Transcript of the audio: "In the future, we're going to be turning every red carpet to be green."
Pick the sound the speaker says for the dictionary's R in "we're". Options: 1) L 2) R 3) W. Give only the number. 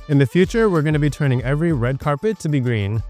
2